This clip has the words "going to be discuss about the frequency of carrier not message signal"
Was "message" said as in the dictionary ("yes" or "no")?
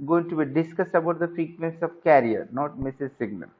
no